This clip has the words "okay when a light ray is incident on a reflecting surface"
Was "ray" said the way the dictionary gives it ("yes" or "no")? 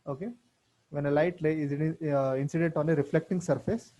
no